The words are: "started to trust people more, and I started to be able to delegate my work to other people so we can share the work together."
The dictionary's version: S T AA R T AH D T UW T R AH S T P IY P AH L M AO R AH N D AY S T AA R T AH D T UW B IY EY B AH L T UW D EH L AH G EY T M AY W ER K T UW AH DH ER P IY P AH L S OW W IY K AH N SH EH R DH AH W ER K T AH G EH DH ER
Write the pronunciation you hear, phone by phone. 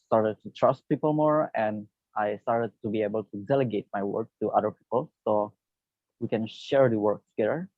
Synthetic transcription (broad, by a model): S T AA R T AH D T UW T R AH S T P IY P AH L M AO R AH N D AY S T AA R T AH D T UW B IY EY B AH L T UW D EH L AH G EY T M AY W ER K T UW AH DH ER P IY P AH L S OW W IY K AH N SH EH R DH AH W ER K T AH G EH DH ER